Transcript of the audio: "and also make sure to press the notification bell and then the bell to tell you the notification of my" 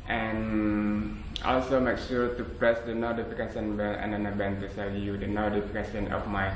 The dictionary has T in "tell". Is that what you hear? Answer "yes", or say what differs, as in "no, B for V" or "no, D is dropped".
no, S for T